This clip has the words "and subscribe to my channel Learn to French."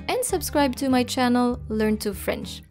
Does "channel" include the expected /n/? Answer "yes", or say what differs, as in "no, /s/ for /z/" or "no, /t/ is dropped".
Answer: yes